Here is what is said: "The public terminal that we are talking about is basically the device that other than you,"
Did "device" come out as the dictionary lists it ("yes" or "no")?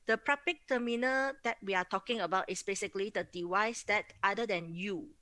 no